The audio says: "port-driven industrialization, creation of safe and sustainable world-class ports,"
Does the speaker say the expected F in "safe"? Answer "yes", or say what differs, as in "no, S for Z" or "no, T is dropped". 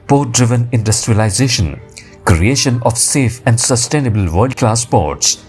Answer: yes